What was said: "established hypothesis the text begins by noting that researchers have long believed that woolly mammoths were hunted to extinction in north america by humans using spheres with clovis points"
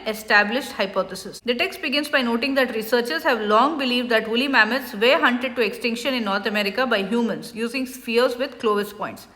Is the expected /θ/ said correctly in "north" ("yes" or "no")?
no